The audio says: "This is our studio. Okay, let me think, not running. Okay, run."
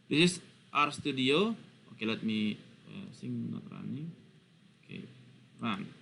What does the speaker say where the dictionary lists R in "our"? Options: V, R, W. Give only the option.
R